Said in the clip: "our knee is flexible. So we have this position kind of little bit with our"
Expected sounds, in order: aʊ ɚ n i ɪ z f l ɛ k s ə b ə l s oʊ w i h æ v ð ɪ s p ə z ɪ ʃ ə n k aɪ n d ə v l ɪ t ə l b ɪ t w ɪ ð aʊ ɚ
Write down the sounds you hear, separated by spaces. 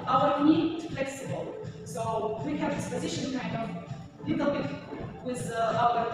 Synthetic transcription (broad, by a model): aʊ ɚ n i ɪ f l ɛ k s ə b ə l s oʊ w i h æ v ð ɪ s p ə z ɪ ʃ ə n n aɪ d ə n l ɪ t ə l b ɪ t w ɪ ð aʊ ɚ